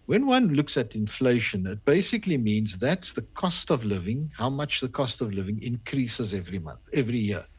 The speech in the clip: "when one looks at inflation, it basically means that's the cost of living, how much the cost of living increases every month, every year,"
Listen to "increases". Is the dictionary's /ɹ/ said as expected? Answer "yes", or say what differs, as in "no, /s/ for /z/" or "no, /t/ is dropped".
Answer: yes